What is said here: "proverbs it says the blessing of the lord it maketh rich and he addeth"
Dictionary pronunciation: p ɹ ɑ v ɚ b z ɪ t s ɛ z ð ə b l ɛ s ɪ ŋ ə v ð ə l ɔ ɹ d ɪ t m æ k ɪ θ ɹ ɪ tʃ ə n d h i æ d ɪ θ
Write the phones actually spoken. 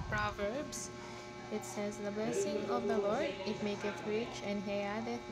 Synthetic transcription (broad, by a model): p ɹ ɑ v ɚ b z ɪ t s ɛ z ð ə b l ɛ s ɪ ŋ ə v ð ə l ɔ ɹ d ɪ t m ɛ k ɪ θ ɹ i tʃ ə n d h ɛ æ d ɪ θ